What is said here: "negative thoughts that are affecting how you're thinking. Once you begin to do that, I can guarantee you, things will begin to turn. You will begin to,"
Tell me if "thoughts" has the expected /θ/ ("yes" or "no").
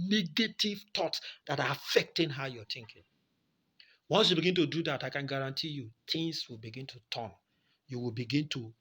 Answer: no